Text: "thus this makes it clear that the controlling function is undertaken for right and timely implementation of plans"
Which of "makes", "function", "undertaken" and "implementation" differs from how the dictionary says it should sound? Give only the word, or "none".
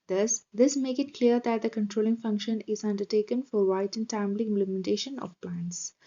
makes